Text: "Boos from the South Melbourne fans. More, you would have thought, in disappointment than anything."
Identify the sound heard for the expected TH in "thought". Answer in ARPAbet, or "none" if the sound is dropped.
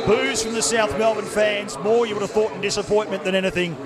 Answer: TH